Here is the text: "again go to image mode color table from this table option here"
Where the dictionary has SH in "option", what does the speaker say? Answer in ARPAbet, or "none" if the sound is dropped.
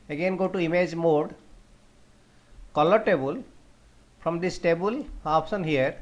S